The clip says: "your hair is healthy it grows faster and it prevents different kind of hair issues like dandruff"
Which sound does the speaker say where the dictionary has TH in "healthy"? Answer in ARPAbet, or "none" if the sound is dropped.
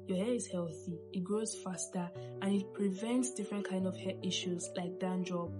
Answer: TH